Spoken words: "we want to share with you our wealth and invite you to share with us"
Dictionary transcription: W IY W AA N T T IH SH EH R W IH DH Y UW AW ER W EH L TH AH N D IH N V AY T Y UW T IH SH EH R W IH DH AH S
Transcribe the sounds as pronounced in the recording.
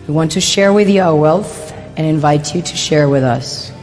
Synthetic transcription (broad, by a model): W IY W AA N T T IH SH EH R W IH DH Y UW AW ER W EH L TH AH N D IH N V AY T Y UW T IH SH EH R W IH DH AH S